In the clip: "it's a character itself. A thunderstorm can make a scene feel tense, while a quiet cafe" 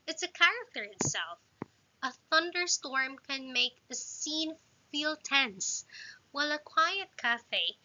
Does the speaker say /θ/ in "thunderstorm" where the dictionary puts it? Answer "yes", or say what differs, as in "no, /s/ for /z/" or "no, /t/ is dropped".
yes